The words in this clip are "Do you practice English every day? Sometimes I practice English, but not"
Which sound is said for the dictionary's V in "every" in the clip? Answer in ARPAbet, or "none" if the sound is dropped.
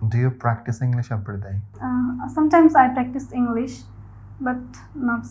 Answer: P